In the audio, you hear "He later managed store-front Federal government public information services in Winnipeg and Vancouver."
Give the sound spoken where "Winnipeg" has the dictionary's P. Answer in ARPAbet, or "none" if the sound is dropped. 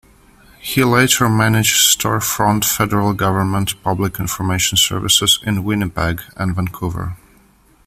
B